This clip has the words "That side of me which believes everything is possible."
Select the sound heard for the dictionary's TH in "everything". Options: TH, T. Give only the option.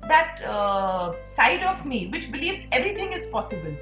T